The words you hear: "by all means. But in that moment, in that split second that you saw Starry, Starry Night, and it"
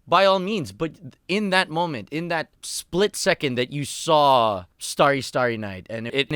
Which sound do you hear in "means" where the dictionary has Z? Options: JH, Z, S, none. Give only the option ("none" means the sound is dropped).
Z